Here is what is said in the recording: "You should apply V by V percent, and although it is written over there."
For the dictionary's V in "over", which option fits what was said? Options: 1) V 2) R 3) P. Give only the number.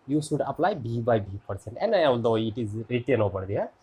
3